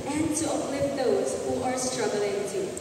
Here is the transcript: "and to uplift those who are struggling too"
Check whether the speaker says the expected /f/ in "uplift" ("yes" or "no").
no